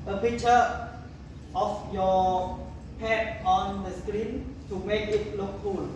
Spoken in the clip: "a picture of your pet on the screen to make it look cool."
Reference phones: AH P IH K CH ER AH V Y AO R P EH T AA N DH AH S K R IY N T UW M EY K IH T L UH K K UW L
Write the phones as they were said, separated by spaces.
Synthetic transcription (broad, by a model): AH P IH K CH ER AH F Y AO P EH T AA N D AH S K R IY N T UW M EY K IH T L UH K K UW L